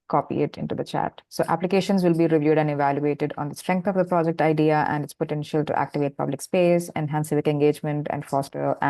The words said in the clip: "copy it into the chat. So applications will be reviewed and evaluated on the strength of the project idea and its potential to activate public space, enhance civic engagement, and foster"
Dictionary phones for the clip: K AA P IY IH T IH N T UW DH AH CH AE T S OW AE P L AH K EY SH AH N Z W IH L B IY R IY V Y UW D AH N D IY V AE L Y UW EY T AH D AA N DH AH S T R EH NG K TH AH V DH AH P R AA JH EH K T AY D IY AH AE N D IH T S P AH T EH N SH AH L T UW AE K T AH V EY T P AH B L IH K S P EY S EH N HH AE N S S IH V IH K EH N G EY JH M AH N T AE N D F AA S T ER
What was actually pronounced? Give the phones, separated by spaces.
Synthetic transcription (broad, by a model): K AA P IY IH T IH N T UW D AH CH AE T S OW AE P L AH K EY SH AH N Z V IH L B IY R IY V Y UW D AH N D IY V AE L Y UW EY T AH D AA N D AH S T R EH NG K T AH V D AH P R AA JH EH K T AY D IY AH AE N D IH T S P AH T EH N SH AH L T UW AE K T AH V EY T P AH B L IH K S P EY S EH N HH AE N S S IH V IH K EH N G EY JH M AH N T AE N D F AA S T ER